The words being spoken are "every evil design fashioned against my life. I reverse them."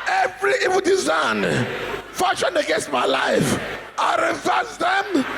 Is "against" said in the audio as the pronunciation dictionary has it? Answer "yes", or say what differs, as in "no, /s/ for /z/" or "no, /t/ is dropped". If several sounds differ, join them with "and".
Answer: no, /n/ is dropped